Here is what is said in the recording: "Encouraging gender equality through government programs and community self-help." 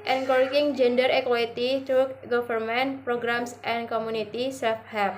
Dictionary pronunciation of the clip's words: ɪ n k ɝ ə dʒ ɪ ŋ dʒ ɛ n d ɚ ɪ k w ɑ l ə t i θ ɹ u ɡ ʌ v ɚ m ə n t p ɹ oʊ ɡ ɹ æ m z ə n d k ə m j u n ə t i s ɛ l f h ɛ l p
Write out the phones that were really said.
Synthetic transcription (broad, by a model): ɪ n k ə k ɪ ŋ dʒ ɛ n d ɚ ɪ k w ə t i t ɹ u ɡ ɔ f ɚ m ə n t p ɹ oʊ ɡ ɹ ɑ m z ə n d k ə m u n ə t i s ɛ f h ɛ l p